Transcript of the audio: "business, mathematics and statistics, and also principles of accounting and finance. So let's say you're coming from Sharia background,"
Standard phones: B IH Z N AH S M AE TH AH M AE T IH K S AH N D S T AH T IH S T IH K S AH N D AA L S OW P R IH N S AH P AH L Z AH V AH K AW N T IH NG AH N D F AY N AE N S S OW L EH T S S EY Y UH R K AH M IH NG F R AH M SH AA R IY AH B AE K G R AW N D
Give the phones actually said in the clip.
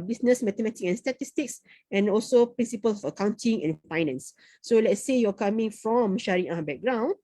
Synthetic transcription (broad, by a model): B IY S N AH S M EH T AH M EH T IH K AH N S T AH T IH S T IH K S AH N AA L S OW P R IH N S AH P AH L S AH F AH K AW N T IH NG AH N F AY N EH N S S OW L EH T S S EY Y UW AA K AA M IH NG F R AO M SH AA R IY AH B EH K G R AW N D